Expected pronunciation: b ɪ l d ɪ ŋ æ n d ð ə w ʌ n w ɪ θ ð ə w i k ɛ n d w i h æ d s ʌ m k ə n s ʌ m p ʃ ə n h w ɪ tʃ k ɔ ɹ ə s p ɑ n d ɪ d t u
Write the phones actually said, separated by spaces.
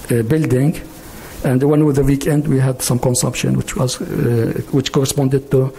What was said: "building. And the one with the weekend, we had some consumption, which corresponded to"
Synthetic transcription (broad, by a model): b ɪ l d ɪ ŋ æ n d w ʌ n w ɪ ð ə w i k ɛ n d w i h æ d s ʌ m k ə n s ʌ m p ʃ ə n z w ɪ tʃ k ɔ ɹ ə s p ɑ n d ɪ d t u